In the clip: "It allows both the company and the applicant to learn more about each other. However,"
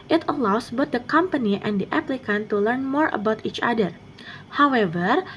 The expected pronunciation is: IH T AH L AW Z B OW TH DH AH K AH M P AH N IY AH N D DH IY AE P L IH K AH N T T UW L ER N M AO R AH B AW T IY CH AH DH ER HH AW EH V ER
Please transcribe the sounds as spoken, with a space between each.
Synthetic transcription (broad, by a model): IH T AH L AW S B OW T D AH K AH M P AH N IY AH N D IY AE P L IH K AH N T T UW L ER N M AO R AH B AW T IY CH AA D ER HH AW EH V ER